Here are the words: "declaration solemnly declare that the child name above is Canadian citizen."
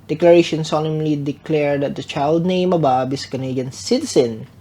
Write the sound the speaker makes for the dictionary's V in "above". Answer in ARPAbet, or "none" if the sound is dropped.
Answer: B